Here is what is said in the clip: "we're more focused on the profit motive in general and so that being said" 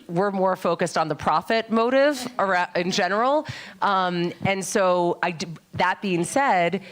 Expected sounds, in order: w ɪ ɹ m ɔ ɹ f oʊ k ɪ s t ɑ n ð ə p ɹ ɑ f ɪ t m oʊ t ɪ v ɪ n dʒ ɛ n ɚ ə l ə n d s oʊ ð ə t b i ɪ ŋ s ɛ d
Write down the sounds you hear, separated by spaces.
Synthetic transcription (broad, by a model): w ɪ ɹ m ɔ ɹ f oʊ k ɪ s t n ð ə p ɹ ɑ f ɪ t m oʊ t ɪ v ɪ n dʒ ɛ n ɚ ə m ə n s oʊ ð ə t b i ɪ ŋ s ɛ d